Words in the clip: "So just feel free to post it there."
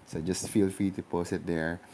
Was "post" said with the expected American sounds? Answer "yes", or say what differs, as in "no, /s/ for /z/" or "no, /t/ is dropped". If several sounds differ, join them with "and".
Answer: no, /t/ is dropped